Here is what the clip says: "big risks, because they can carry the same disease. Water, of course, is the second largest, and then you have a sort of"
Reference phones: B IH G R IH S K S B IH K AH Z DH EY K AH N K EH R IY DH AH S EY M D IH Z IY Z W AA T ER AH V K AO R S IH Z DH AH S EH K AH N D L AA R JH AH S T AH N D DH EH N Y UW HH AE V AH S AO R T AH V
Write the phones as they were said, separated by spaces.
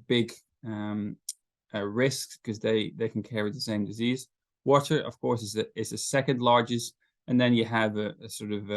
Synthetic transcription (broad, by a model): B IH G R IH S K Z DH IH AH DH EY K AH N K EH R IY DH AH S EY M D IH Z IY Z W AA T ER AH V K AO R S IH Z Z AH S EH K AH N D L AA R JH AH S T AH N DH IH N Y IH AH V AH S AO R T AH V